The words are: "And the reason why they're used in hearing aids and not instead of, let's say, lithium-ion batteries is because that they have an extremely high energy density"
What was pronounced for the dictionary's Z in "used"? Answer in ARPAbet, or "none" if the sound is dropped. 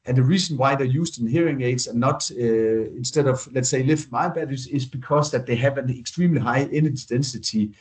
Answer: S